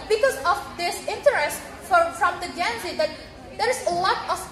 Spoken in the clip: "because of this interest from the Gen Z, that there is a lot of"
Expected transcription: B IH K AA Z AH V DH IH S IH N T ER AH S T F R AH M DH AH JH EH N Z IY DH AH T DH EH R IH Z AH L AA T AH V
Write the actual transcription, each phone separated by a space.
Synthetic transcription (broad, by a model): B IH K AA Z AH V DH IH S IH N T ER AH S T F R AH M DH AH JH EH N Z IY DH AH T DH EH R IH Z AH L AA T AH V